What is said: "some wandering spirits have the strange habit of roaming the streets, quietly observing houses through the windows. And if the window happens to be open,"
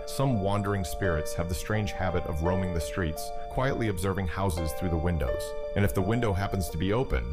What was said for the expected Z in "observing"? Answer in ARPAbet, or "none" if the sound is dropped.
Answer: Z